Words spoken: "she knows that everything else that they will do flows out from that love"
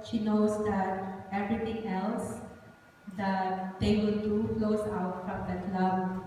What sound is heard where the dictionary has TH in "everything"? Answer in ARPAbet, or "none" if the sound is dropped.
T